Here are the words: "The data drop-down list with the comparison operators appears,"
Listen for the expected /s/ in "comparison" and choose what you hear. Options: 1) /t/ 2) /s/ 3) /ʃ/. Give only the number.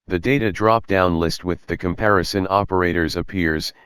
2